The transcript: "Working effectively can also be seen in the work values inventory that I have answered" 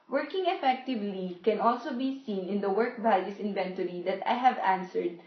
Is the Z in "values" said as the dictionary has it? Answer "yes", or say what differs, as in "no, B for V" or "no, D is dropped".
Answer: no, S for Z